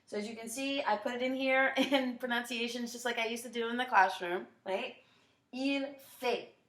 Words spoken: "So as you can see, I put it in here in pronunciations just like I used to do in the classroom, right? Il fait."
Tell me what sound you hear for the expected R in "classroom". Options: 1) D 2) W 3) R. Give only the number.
3